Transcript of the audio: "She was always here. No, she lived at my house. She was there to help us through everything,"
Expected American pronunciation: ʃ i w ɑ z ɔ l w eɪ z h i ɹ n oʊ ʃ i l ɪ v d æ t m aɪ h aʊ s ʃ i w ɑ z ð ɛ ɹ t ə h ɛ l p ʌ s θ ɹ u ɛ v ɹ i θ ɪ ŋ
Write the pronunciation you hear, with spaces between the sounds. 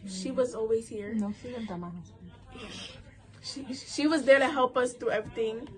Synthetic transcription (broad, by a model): ʃ i w ɑ z ɔ l w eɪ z h i ɹ n oʊ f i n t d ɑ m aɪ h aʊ ʃ ʃ i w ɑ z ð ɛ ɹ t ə h ɛ l p ʌ s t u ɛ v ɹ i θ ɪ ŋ